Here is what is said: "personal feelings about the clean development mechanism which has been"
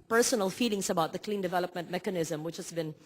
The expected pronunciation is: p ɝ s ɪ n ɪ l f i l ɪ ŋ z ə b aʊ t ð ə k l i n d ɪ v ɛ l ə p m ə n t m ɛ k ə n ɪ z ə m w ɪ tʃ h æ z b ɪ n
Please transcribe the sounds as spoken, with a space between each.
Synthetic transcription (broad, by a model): p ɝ s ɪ n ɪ l f i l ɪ ŋ s ə b aʊ t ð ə k l i n d ɪ v ɛ l ə p m ə n t m ɛ k ə n ɪ z ə m w ɪ tʃ h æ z b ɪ n